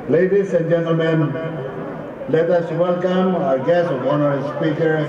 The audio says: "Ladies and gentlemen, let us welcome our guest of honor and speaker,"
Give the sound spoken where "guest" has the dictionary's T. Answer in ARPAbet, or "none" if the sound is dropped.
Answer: none